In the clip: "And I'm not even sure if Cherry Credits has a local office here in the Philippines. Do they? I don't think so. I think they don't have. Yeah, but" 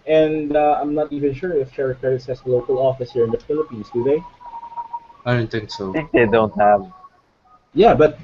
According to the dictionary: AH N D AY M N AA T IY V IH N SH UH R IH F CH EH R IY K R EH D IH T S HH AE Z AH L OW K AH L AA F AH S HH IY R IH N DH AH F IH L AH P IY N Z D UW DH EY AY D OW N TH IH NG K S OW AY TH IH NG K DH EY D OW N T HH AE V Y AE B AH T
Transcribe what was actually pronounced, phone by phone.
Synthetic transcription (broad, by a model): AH N D AY M N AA T IY V IH N SH UH R IH F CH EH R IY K EH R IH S HH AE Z AH L OW K AH L AA F AH S HH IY R IH N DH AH F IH L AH P IY N S D UW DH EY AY D OW N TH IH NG K S OW TH IH NG K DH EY D OW N T HH AE V Y AE B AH T